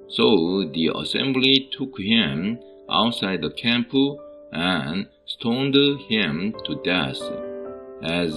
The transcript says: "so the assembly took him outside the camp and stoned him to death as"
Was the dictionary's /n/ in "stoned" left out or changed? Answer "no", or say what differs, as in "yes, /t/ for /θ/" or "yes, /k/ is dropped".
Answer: no